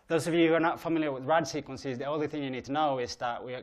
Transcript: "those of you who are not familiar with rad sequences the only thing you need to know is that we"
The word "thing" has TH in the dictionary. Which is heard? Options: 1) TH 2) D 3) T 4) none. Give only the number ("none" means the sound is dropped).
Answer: 1